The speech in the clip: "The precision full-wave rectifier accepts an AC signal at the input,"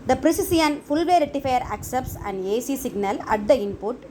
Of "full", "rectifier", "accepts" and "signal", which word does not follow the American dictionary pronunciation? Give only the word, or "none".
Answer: rectifier